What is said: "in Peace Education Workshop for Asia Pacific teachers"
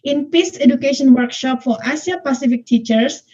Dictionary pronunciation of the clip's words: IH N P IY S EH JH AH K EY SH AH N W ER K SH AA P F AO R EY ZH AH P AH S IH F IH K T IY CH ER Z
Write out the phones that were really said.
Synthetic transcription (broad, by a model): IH N P IY S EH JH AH K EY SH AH N W ER K SH AA P F AO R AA S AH P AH S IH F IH K T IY CH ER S